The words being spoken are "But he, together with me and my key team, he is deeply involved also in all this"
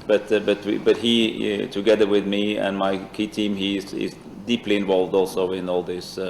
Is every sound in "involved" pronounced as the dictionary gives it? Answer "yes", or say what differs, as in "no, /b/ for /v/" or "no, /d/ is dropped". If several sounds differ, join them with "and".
yes